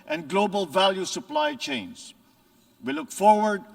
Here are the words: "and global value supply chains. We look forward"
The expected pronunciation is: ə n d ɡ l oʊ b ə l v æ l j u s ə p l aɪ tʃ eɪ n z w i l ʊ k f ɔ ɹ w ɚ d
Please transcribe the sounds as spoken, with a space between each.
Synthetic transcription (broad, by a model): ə n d ɡ l oʊ b ə l v æ l j u s ə p l aɪ tʃ eɪ n s w i l ʊ k f ɔ ɹ w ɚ d